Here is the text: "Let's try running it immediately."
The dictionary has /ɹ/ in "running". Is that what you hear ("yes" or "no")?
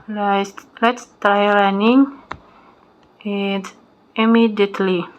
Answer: no